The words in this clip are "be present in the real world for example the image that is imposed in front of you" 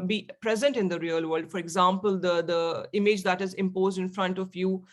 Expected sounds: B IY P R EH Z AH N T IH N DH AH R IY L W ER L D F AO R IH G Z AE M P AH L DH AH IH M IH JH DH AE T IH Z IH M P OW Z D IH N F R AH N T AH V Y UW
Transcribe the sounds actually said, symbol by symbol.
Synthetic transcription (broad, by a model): B IY P R EH Z AH N T IH N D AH R IY L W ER L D F AO R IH G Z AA M P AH L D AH IH M IH JH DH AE T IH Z IH M P OW Z D IH N F R AH N T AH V Y UW